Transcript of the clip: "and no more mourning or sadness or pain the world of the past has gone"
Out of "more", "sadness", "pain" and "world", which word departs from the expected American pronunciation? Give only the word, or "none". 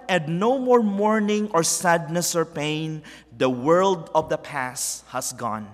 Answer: none